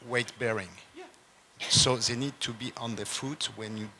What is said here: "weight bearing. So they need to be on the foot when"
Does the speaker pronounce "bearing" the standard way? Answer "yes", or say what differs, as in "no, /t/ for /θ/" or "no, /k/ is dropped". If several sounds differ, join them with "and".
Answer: yes